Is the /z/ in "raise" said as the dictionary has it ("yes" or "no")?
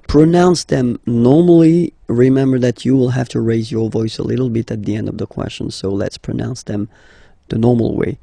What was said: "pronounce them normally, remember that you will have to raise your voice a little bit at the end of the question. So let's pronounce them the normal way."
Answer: yes